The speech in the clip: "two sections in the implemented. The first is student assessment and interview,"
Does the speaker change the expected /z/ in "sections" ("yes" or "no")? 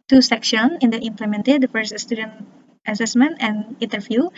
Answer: yes